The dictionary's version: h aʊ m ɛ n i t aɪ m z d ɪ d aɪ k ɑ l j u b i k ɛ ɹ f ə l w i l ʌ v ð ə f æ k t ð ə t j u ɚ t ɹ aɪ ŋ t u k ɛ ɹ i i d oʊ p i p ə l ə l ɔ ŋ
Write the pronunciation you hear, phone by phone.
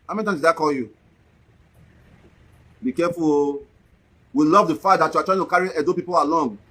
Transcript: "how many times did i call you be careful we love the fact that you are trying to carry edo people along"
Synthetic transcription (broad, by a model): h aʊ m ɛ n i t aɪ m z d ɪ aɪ k ɑ l j u b i k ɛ f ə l w i l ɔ v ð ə f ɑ t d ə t j u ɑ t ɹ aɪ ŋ t u k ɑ ɹ i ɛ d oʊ p i p ə l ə l ɔ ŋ